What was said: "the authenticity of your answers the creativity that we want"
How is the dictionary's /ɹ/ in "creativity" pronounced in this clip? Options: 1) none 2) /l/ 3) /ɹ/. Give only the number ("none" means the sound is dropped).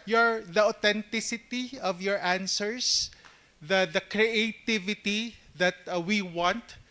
3